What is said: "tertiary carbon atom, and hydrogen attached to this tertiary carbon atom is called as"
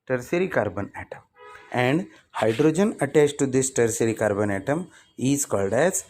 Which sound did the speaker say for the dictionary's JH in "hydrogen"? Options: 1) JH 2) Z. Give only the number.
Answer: 1